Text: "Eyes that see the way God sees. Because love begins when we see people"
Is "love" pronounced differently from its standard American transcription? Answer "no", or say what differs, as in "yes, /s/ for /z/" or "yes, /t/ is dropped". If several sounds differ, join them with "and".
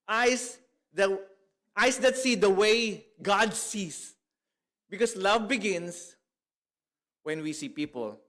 no